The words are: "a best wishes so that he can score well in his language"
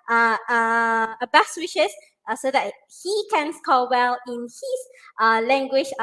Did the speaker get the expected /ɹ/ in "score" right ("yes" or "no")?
no